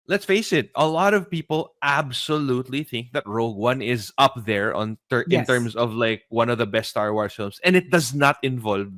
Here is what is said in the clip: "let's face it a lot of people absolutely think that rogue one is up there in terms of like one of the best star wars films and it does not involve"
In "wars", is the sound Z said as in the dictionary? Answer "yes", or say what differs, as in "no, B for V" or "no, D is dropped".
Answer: no, Z is dropped